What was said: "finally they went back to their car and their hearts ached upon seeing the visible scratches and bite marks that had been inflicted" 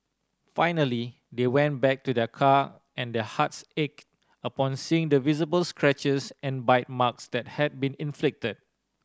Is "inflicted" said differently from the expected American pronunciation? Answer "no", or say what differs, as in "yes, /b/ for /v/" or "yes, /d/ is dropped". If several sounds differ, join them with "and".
no